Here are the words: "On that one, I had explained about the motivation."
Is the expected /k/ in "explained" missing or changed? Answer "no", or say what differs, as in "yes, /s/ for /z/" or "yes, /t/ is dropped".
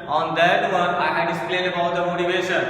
yes, /k/ is dropped